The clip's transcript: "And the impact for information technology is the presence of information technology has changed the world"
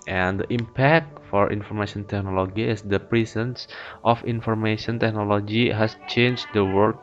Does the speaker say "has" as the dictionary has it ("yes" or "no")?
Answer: no